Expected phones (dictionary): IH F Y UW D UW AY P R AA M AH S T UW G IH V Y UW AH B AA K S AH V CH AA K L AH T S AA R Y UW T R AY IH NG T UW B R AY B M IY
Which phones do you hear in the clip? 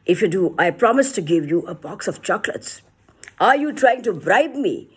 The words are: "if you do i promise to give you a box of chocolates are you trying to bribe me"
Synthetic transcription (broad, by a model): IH F Y UW D UW AY P R AA M AH S T UW G IH V Y UW AH B AA K S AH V CH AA K L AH T S AA R Y UW T R AY IH NG T UW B R AY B M IY